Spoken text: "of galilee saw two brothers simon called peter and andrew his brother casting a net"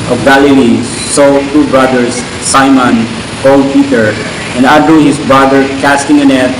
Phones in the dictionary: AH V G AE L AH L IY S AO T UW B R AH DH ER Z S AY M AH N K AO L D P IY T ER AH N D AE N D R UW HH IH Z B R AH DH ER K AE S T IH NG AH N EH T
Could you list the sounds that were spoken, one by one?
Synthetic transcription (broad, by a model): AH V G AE L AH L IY S AO T UW B R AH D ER S AY M AH N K AO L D P IY T ER AH N D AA D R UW HH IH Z B R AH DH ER K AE S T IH NG AH N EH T